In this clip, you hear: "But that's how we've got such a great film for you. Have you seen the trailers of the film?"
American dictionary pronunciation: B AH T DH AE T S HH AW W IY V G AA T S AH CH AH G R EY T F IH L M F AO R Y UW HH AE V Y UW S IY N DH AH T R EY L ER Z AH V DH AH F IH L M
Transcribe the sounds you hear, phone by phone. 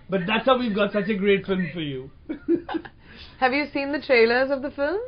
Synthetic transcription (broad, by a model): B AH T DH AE T S HH AW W IY V G AA T S AH CH AH G R EY T F IH L M F AO R Y UW HH AE V Y UW S IY N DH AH T R EY L ER Z AH V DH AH F IH L M